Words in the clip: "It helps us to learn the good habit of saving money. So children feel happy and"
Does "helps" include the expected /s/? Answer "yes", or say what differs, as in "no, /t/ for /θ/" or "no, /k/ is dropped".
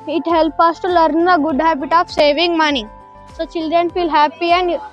no, /s/ is dropped